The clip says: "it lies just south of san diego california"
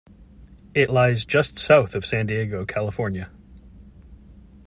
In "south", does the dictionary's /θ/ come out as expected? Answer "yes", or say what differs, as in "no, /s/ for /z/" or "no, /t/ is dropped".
yes